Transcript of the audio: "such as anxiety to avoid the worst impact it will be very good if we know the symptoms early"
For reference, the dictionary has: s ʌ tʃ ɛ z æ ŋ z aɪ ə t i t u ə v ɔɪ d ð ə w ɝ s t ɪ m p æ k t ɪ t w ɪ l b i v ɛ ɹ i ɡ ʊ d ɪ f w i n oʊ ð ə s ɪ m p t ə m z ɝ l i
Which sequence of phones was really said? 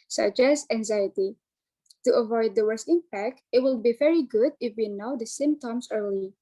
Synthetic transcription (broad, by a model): s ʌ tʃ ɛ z æ ŋ z aɪ ə t i t u ə v ɔɪ d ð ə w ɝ s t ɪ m p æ k t ɪ t w ɪ l b i v ɛ ɹ i ɡ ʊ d ɪ f w i n oʊ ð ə s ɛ m t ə m s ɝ l i